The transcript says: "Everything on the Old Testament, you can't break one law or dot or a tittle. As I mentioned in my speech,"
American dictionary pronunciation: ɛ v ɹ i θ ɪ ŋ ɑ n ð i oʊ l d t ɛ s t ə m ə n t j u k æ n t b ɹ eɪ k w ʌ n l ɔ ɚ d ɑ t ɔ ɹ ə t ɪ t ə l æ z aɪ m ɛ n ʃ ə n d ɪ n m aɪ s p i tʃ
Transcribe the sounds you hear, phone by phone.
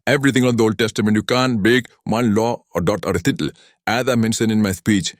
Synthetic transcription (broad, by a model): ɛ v ɹ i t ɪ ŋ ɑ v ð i oʊ l d t ɛ s t ə m ə n t j u k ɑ n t b eɪ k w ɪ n l ɔ d ɑ t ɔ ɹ ə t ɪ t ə l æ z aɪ m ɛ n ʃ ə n ɪ n m aɪ s p i tʃ